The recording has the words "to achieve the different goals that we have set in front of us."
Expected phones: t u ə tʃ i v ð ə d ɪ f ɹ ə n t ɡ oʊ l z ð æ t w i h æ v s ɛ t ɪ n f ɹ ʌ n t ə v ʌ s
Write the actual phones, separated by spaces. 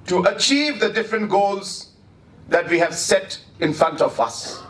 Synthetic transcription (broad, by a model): t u ə tʃ i v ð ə d ɪ f ɹ ə n t ɡ oʊ l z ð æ t w i h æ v s ɛ t ɪ n f ɹ ʌ n t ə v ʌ s